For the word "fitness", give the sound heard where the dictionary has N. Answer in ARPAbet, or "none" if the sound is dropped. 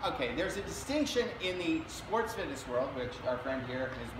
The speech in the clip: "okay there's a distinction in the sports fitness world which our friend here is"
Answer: none